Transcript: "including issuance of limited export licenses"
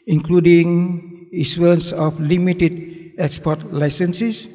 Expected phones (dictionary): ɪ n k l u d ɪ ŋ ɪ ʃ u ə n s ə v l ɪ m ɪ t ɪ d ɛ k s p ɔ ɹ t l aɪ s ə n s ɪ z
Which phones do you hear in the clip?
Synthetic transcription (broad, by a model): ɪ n k l u d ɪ ŋ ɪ s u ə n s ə f l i m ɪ t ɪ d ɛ k s p ɔ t l aɪ s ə n s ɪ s